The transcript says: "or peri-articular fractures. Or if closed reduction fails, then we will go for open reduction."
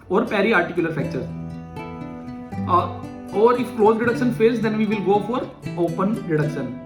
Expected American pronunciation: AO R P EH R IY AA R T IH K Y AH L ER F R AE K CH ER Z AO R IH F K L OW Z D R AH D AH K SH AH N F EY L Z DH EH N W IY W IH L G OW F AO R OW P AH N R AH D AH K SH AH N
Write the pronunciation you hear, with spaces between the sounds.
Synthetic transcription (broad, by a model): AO R P EH R IY AA R T IH K Y AH L ER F EH K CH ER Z AO R IH F K L OW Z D R AH D AH K SH AH N F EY L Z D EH N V IY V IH L G OW F AO R OW P AH N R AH D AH K SH AH N